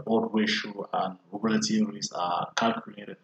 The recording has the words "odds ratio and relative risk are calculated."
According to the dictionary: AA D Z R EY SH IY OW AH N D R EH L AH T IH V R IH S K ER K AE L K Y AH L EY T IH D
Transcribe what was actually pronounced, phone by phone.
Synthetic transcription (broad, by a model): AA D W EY SH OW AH N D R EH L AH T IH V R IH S ER K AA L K Y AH L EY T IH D